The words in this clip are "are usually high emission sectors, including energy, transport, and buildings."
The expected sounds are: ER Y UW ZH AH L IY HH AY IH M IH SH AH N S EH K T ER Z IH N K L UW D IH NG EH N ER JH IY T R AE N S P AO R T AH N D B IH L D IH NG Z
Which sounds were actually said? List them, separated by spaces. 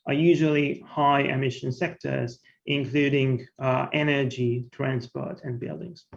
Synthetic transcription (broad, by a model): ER Y UW ZH AH L IY HH AY IH M IH SH AH N S EH K T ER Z IH N K L UW D IH NG EH N ER JH IY T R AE N S P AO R T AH N B IH L D IH NG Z